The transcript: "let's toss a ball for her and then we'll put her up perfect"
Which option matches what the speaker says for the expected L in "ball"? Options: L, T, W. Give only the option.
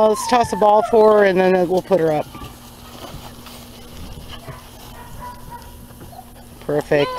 L